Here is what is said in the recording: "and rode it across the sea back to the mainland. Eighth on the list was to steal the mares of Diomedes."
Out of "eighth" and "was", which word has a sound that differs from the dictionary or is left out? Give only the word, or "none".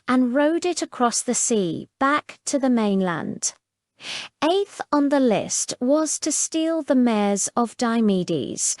none